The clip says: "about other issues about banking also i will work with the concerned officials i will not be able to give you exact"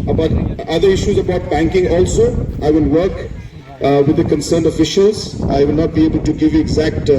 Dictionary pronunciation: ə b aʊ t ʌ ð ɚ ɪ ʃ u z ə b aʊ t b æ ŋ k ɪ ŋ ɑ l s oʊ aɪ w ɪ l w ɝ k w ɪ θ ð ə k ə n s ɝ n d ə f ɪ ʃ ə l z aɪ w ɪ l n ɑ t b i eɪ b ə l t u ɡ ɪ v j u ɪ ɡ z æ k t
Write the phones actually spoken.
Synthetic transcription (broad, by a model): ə b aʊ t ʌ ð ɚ ɪ ʃ u z ə b aʊ t b æ ŋ k ɪ ŋ ɑ l s oʊ aɪ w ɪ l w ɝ k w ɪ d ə k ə n s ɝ n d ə f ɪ ʃ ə l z aɪ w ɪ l n ɑ t b i eɪ b ə l t u ɡ ɪ v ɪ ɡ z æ k t